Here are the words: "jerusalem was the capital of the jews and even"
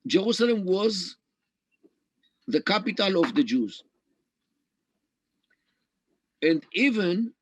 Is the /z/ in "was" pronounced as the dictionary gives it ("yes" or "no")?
yes